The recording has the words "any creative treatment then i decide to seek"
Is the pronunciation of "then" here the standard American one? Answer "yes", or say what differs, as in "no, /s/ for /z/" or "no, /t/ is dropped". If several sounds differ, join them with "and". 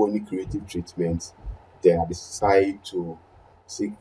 no, /n/ is dropped